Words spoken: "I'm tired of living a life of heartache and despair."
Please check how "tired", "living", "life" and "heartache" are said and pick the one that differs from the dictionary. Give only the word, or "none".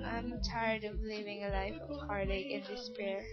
heartache